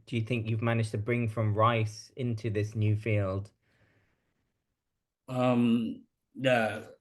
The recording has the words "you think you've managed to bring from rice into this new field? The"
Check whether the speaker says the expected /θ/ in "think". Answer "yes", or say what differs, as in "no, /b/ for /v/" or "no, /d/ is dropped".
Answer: yes